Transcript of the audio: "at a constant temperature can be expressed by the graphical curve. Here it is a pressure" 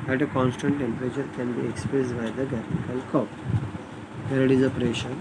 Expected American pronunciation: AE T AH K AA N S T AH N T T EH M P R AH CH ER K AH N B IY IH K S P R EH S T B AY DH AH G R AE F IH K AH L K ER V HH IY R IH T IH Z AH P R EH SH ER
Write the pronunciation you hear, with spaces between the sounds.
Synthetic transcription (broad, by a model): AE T AH K AA N S T AH N T T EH M P R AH CH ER K AH N B IY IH K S P R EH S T B AY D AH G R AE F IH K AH L K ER P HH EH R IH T IH Z AH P R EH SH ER